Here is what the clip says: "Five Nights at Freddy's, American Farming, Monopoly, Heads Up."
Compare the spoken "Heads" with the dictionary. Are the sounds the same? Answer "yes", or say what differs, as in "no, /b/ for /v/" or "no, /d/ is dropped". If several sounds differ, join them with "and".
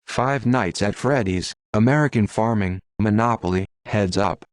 yes